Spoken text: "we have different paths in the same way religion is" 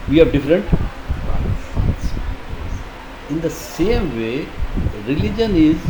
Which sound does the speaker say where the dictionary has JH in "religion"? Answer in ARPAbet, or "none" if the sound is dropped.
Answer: JH